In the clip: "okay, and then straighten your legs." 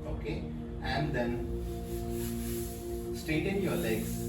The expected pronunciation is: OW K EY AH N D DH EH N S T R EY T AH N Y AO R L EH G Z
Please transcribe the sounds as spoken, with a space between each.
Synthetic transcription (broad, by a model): OW K EY AH N D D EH N S T EY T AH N Y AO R L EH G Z